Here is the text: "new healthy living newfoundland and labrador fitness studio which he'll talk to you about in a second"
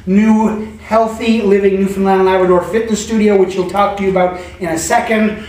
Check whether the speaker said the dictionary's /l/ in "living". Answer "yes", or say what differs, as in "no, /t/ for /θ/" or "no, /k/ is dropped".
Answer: yes